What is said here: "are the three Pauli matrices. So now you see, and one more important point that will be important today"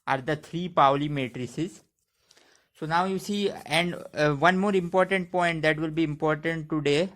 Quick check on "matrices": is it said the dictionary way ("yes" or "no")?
yes